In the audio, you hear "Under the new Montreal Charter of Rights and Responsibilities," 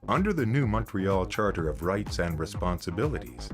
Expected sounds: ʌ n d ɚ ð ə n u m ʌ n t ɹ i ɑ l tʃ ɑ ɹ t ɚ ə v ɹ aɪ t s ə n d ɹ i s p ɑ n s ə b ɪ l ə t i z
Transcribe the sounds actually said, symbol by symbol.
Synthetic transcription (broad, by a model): ʌ n d ɚ ð ə n u m ʌ n t ɹ i ɑ l tʃ ɑ ɹ t ɚ ə v ɹ aɪ t s ə n d ɹ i s p ɑ n s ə b ɪ l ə t i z